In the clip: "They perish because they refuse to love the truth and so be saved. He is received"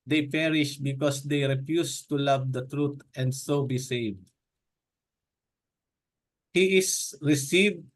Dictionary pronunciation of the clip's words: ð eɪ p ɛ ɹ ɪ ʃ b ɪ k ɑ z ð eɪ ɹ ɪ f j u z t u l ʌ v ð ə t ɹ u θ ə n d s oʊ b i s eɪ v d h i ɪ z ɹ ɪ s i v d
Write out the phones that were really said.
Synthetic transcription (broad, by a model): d eɪ p ɛ ɹ ɪ ʃ b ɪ k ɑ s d eɪ ɹ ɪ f j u s t u l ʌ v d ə t ɹ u t ə n d s oʊ b i s eɪ v d h i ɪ s ɹ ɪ s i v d